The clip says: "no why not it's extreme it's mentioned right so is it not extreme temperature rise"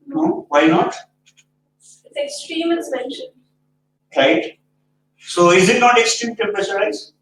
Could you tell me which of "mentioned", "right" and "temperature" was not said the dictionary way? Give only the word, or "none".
temperature